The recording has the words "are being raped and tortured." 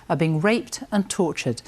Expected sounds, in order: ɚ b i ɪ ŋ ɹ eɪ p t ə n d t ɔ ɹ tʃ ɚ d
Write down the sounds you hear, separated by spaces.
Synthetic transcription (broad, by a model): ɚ b i ɪ ŋ ɹ eɪ p t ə n t ɔ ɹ tʃ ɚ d